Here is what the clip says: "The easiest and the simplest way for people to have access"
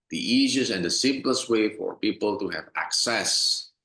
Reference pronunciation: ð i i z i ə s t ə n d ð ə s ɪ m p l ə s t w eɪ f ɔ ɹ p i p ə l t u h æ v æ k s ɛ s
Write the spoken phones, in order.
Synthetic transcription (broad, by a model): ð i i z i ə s ə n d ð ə s ɪ m p l ə s t w eɪ f ɔ ɹ p i p ə l t u h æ v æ k s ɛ s